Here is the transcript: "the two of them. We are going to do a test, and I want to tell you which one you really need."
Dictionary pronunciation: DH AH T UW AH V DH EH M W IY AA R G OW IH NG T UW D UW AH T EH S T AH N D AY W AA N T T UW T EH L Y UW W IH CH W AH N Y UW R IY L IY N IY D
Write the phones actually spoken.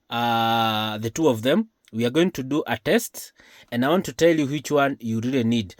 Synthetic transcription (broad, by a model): DH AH T UW AH V DH EH M W IY AA R G OW IH NG T UW D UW AH T EH S T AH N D AY W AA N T T UW T EH L Y UW W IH CH W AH N Y UW R IY L IY N IY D